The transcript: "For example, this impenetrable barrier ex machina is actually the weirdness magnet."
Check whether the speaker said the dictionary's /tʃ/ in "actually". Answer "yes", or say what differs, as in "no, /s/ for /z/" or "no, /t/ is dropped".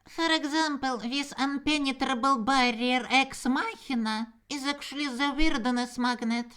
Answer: no, /ʃ/ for /tʃ/